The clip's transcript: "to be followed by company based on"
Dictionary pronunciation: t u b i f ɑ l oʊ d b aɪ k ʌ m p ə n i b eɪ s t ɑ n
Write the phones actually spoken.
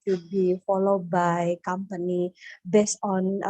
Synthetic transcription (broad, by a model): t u b i f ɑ l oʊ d b aɪ k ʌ m p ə n i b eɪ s ɑ n